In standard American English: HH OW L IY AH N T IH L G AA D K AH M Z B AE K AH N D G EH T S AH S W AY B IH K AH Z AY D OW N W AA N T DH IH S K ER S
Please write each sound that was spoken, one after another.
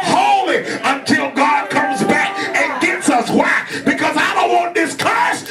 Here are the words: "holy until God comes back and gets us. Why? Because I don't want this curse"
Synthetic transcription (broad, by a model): HH OW L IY AH N T IH L G AA D K AH M Z B AE K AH N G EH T S AH S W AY B IH K AH Z AY D OW N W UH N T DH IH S K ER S